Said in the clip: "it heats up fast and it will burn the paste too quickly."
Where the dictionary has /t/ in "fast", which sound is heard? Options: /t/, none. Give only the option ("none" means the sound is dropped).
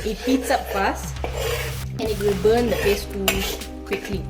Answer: none